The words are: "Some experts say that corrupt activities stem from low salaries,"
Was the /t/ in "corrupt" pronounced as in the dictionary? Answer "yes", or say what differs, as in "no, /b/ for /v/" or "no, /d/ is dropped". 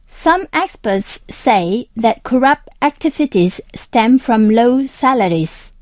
yes